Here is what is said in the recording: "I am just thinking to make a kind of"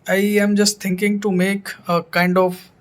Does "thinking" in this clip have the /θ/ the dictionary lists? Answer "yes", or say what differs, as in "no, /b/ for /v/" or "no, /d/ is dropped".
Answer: no, /t/ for /θ/